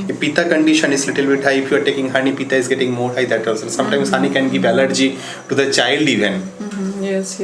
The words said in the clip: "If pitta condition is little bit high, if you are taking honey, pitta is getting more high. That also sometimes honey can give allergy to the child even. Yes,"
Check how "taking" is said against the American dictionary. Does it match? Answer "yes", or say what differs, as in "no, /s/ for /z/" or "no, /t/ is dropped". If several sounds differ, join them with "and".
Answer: yes